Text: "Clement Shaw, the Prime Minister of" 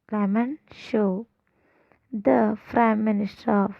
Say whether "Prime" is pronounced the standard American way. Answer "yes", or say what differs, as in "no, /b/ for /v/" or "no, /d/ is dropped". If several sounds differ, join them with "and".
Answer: no, /f/ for /p/